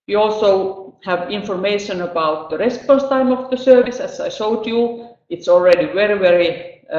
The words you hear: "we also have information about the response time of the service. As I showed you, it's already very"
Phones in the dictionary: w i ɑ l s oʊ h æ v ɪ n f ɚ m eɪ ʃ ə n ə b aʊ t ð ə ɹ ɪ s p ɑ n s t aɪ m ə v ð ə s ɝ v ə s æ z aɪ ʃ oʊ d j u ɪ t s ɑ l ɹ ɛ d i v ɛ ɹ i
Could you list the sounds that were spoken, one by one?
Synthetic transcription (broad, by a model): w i ɑ l s oʊ h æ v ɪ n f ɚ m eɪ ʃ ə n ə b aʊ t ð ə ɹ ɪ s p ɑ n s t aɪ m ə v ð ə s ɝ v ə s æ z aɪ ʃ oʊ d j u ɪ t s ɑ l ɹ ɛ d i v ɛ ɹ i